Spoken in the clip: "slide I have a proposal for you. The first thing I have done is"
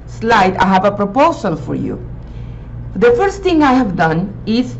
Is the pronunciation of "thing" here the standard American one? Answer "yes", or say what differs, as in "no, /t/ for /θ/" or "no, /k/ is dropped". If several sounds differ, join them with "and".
no, /t/ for /θ/